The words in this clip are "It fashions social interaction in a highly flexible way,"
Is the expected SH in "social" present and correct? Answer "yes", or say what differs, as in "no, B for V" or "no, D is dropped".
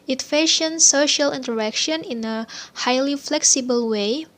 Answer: yes